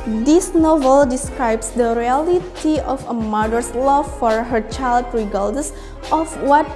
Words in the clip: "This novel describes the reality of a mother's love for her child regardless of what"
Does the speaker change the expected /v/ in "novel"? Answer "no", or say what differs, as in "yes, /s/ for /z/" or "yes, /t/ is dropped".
no